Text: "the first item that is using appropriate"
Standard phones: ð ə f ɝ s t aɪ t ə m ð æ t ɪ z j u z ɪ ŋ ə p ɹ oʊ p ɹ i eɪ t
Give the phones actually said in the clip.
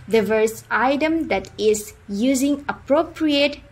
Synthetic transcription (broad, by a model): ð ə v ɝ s aɪ t ə m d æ t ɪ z j u z ɪ ŋ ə p ɹ oʊ p ɹ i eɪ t